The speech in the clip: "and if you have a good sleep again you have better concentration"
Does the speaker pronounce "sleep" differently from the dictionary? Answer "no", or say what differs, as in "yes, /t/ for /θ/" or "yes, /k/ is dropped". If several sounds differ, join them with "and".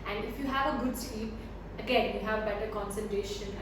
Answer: yes, /l/ is dropped